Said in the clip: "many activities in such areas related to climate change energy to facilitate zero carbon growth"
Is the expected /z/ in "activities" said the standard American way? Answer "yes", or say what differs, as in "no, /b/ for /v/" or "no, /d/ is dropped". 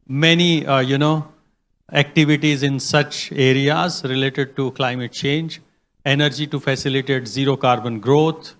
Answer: yes